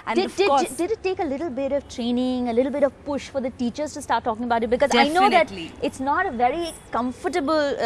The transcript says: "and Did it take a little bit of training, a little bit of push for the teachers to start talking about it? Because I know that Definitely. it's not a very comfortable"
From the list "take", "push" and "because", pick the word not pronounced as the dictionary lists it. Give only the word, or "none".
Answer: none